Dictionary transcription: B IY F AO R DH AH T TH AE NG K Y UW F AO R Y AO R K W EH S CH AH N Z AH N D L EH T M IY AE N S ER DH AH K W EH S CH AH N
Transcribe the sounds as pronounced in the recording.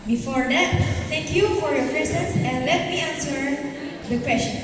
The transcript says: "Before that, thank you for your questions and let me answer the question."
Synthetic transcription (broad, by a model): B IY F AO R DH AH T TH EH NG K Y UW F AO R Y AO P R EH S AH N S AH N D L EH T M IY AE N S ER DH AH K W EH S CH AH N